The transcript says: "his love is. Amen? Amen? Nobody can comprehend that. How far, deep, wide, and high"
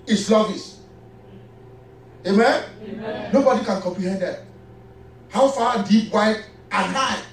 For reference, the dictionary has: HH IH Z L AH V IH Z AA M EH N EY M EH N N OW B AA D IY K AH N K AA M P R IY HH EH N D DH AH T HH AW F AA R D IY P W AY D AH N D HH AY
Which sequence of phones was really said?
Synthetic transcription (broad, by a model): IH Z L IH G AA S EY M EH N N OW B AA D IY K AH N K AA M P R IY HH EH N D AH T HH AW F AA D IY P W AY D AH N AY